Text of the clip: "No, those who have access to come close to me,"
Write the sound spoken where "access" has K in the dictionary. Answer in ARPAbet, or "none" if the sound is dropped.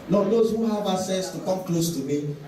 none